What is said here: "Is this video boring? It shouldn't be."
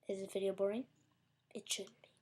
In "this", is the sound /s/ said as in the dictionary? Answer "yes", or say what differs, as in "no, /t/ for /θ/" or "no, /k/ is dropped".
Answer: no, /s/ is dropped